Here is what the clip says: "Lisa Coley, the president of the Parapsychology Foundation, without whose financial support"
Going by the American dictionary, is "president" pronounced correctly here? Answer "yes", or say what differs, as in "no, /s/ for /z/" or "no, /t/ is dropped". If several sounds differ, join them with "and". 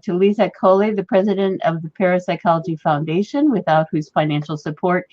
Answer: yes